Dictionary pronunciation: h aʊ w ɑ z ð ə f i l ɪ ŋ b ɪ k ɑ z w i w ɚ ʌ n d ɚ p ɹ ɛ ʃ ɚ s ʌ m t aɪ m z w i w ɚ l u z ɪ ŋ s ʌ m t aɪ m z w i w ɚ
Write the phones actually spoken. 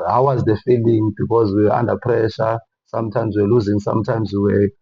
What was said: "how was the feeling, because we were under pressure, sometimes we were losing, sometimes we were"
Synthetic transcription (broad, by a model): h aʊ w ɑ z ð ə f i l ɪ ŋ b ɪ k ɑ z w i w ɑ n d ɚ p ɹ ɛ ʃ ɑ s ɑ m t aɪ m z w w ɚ l u z ɪ ŋ s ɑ m t aɪ m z w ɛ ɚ